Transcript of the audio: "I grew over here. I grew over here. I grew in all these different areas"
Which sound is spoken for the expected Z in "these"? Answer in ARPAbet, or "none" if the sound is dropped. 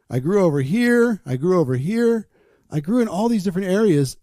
Z